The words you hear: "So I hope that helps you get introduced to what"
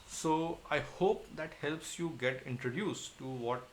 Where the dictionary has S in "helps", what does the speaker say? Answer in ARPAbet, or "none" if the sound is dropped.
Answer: S